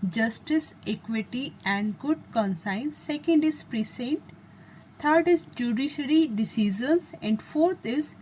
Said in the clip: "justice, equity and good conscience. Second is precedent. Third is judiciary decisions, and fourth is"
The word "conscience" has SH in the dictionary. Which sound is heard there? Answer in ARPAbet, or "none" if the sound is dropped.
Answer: S